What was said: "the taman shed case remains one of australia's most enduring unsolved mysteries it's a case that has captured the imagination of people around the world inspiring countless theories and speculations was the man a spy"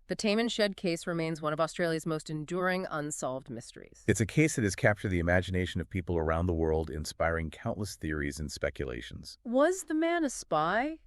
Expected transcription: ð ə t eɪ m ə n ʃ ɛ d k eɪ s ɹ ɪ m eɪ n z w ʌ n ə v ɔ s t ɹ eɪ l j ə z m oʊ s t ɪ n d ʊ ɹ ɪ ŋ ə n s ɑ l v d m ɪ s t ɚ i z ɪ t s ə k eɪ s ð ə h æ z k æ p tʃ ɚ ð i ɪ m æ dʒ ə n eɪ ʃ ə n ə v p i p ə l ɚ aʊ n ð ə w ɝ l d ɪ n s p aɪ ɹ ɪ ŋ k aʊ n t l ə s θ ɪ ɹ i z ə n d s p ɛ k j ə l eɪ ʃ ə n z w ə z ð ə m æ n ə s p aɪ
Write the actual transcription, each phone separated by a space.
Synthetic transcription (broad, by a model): ð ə t eɪ m ə n ʃ ɛ d k eɪ s ɹ ɪ m eɪ n z w ʌ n ə v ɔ s t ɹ eɪ l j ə z m oʊ s t ɪ n d ʊ ɹ ɪ ŋ ə n s ɑ l v d m ɪ s t ɚ i z ɪ t s ə k eɪ s ð ə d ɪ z k æ p tʃ ɚ ð i ɪ m æ dʒ ə n eɪ ʃ ə n ə v p i p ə l ɚ aʊ n ð ə w ɝ l d ɪ n s p aɪ ɹ ɪ ŋ k aʊ n t l ə s θ ɪ ɹ i z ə n s p ɛ k j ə l eɪ ʃ n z w ə z ð ə m æ n ə s p aɪ